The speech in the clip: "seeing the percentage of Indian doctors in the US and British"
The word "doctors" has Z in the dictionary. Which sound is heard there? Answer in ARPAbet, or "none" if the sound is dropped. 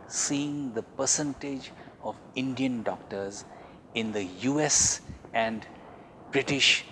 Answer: Z